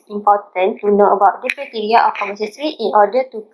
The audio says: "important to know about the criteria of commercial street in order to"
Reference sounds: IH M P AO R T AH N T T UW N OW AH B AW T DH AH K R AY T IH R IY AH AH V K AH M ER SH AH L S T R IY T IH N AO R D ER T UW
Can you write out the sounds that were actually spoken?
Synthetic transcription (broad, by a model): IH M P AO T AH N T T UW N OW AH B AW T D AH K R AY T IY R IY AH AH F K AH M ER S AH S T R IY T IH N AO D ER T UW